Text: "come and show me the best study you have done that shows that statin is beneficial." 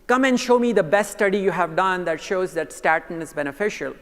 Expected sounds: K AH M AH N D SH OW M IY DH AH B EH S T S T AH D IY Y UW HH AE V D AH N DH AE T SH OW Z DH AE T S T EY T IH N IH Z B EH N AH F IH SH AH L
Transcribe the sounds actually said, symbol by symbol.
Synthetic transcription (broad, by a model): K AH M AH N D SH OW M IY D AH B EH S T S T AH D IY Y UW HH AE V D AH N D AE T SH OW Z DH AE T S T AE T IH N IH Z B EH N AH F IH SH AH L